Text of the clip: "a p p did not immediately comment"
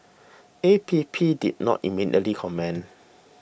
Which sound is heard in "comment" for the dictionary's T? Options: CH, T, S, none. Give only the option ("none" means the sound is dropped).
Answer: none